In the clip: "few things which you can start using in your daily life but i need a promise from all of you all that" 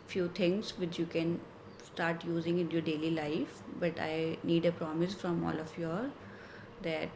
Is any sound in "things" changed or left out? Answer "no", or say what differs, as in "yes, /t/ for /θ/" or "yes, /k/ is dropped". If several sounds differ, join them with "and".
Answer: yes, /t/ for /θ/